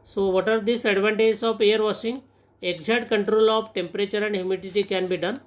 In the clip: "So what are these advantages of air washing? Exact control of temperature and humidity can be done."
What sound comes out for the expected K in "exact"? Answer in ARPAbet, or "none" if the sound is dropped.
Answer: none